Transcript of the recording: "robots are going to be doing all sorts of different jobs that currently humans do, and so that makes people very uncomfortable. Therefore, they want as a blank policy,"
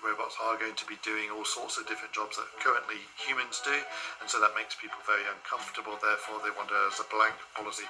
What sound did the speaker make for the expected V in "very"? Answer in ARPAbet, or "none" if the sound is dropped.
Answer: V